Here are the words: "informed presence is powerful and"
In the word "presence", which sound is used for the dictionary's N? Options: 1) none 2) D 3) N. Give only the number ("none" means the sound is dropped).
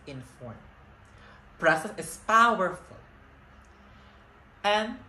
1